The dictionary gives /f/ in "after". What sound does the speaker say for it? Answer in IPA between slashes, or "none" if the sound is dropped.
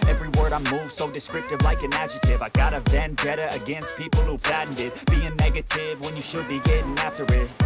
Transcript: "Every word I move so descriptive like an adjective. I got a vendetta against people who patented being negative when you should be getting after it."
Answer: /f/